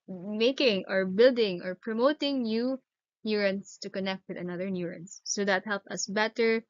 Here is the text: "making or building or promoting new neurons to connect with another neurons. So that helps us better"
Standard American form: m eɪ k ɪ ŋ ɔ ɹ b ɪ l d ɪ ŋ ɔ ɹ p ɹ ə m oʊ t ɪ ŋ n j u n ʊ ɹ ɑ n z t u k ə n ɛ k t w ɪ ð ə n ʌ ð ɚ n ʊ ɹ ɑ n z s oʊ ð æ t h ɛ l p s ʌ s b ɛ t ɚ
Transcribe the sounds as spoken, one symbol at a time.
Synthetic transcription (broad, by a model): m eɪ k ɪ ŋ ɔ ɹ b ɪ l d ɪ ŋ ɔ ɹ p ɹ ə m oʊ t ɪ ŋ n j u n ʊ ɹ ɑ n s t u k ə n ɛ k t w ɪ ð ə n ʌ ð ɚ n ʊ ɹ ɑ n s oʊ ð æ t h ɛ l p ʌ s b ɛ t ɚ